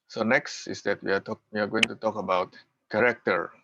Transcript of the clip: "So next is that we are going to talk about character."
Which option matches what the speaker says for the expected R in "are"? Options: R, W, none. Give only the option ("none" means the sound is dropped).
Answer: W